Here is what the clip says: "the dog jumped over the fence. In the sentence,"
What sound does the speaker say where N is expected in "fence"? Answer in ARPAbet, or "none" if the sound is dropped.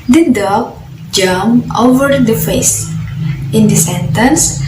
none